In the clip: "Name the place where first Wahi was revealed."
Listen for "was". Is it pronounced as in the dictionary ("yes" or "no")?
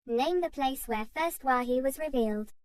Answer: yes